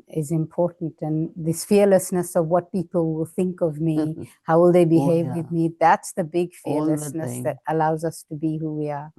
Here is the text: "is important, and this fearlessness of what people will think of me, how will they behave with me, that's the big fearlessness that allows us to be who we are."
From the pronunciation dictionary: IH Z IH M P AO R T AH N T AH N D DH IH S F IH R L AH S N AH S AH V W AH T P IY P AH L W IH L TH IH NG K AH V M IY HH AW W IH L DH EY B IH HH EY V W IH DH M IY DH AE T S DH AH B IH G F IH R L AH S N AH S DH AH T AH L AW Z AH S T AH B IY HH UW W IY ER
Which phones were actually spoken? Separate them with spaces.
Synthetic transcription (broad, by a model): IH Z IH M P AO R T N T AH N DH IH S F IH R L AH S N AH S AH V W AH T P IY P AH L W IH L TH IH NG K AH V M IY HH AW W IH L DH EY B IH HH EY V W IH DH M IY DH AE T S DH AH B IH G F IH R L AH S N AH S DH AH T AH L AW Z AH S T AH B IY HH UW W IY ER